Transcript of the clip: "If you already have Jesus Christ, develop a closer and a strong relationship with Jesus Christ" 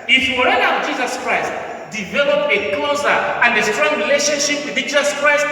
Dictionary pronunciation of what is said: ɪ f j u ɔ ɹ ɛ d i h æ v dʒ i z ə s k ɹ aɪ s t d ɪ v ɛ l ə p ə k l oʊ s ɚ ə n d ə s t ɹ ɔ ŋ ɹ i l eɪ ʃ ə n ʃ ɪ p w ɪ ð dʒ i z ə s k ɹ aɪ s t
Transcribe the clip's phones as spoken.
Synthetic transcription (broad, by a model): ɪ f j u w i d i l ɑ w dʒ i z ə s k ɹ aɪ s t d ɪ v ɛ l ə p ə k l oʊ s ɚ ə n d ə s t ɹ ɔ ŋ ɹ i l eɪ ʃ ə n ʃ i p w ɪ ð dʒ i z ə s k ɹ aɪ s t